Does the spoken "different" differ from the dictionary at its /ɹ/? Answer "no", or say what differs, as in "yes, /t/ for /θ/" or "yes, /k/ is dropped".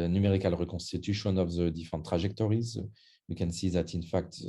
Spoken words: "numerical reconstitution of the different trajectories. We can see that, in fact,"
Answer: yes, /ɹ/ is dropped